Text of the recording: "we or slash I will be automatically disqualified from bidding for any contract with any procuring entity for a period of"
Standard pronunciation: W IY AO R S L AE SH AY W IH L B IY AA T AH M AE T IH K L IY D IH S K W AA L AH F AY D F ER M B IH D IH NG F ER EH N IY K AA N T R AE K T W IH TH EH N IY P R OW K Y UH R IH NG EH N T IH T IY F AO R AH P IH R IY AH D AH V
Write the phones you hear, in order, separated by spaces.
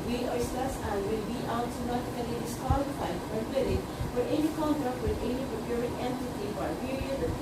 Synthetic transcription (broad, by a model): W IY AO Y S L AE S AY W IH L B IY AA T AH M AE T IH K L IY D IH S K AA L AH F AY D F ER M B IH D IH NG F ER EH N IY K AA N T R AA K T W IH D EH N IY P R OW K Y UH R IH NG EH N T IH T IY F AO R AH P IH R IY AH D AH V